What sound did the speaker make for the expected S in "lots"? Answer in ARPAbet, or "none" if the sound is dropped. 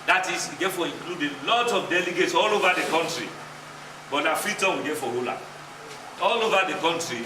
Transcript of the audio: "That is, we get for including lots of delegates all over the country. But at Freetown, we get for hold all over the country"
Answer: none